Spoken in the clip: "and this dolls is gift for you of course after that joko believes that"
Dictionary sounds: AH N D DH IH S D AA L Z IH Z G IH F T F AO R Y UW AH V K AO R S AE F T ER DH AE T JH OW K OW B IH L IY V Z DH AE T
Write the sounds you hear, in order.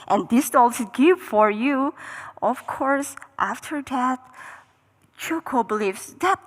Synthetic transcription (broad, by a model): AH N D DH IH S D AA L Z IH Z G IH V F AO R Y UW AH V K AO R S AE F T ER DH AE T CH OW K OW B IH L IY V S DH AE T